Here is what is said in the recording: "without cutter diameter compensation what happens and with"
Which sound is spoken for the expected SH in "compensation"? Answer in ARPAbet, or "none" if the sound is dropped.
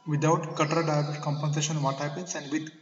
SH